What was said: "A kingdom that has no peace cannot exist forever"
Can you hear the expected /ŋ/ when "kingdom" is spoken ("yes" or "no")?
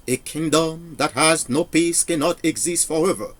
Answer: yes